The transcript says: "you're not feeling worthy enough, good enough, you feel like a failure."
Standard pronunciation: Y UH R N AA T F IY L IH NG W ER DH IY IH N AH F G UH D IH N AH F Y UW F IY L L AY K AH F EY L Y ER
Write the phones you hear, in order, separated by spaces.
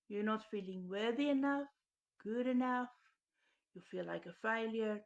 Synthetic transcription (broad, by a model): Y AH R N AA T F IY L IH NG W ER DH IY IH N AH F G UH D IH N AH F Y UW F IY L L AY K AH F EY L Y ER